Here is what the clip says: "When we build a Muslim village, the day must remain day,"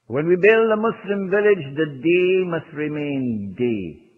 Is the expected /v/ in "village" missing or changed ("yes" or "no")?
no